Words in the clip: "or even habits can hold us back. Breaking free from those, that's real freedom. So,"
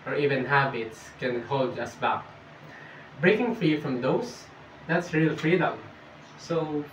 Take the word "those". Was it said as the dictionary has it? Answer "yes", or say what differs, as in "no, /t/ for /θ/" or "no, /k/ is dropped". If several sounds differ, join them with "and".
no, /s/ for /z/